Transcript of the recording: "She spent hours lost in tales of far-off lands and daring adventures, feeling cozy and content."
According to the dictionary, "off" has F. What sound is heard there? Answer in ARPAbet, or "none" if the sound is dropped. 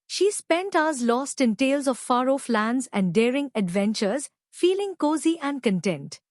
F